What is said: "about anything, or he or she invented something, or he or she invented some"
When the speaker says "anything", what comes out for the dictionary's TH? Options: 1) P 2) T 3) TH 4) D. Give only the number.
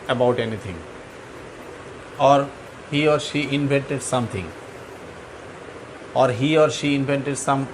2